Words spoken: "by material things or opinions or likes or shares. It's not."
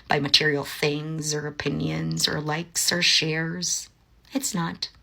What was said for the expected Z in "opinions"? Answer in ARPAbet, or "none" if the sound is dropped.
Z